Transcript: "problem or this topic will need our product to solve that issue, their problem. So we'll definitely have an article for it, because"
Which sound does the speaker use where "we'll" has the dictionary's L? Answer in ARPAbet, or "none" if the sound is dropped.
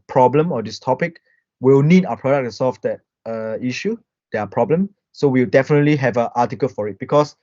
W